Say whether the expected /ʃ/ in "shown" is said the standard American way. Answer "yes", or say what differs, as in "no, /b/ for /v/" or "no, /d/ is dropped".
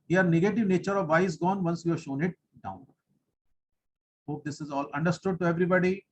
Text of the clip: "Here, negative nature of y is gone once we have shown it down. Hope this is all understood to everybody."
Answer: yes